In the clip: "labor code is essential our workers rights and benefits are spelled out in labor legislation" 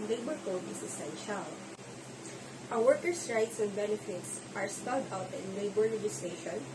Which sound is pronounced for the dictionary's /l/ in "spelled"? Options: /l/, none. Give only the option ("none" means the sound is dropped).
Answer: none